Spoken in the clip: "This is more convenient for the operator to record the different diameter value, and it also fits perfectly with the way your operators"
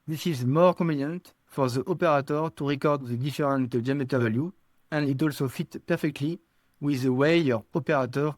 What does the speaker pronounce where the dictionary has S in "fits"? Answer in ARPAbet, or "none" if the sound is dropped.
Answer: none